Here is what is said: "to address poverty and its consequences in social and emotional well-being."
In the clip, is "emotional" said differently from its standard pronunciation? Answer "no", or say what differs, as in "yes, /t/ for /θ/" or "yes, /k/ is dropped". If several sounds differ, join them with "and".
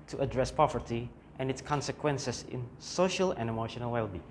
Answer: no